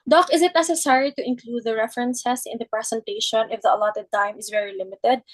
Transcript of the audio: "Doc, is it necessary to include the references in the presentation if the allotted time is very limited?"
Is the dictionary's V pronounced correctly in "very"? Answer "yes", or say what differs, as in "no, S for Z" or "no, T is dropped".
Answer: yes